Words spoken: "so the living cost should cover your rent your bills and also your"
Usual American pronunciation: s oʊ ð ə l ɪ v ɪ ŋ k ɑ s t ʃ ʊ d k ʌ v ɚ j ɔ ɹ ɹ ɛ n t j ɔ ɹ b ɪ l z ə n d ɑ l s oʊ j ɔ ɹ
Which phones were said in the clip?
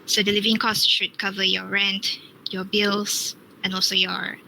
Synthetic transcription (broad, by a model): s oʊ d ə l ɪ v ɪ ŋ k ɑ s t ʃ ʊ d k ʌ v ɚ j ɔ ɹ ɹ ɛ n t j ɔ b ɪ l s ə n ɑ l s oʊ j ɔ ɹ